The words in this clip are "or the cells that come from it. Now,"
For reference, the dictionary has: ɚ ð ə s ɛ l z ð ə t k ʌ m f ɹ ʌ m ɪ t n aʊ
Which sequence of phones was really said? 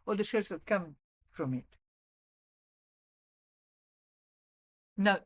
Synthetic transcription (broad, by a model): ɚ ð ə ʃ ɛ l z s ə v k ʌ m f ɹ ʌ m ɪ t n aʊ